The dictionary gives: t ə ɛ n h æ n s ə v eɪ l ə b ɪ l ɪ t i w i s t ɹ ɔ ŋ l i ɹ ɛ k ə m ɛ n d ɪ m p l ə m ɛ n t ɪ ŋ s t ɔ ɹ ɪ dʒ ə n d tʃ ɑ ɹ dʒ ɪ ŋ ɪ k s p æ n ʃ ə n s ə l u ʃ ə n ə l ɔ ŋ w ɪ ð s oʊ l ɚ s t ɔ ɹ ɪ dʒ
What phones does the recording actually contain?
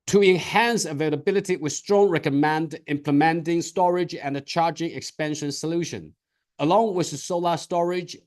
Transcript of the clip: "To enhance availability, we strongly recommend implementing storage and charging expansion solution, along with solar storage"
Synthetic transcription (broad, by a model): t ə ɛ n h æ n s ə v eɪ l ə b ɪ l ɪ t i w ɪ s t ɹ ɔ ŋ ɹ ɛ k ə m ɛ n d ɪ m p l ə m ɛ n t ɪ ŋ s t ɔ ɹ ɪ dʒ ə n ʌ tʃ ɑ ɹ dʒ ɪ ŋ ɪ k s p æ n ʃ ə n s ə l u ʃ ə n ə l ɔ ŋ w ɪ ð s oʊ l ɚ s t ɔ ɹ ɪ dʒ